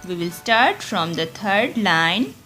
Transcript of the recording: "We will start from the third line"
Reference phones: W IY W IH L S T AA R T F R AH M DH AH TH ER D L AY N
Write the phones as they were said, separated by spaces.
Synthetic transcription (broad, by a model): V IY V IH L S T AA R T F R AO M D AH T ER D L AY N